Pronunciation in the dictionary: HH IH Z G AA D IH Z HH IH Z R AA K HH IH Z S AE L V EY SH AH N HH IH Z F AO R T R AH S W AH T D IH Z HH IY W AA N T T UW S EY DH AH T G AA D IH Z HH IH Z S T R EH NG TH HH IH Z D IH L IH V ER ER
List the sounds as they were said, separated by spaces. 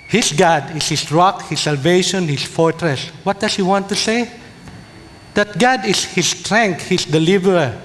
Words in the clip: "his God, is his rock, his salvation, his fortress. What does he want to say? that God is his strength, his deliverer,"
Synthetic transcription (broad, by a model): HH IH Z G AA D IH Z HH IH S R AA K HH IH S AE L V EY SH AH N HH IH S F AO R T R AH S W AH T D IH S HH IY W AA N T T UW S EY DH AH T G AA D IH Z HH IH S T R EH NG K HH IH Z D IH L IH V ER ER